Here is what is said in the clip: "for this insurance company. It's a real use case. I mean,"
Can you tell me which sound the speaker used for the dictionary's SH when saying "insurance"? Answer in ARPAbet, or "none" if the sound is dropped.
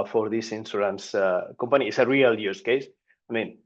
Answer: S